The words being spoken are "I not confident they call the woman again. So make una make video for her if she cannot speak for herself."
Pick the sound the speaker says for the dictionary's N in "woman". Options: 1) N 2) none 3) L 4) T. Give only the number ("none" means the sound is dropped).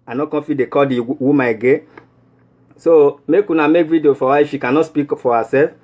2